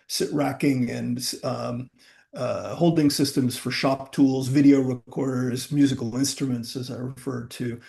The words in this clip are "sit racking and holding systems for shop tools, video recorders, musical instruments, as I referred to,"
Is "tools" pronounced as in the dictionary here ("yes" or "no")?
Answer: yes